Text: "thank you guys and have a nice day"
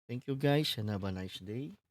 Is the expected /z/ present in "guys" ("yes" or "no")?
no